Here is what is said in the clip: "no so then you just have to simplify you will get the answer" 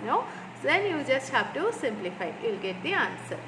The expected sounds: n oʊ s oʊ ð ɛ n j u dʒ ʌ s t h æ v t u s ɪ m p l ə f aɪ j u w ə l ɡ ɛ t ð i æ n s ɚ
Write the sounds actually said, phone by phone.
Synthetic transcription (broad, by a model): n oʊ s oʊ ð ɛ n j u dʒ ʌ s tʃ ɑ p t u s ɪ m p l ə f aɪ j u l ɡ ɛ t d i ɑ n s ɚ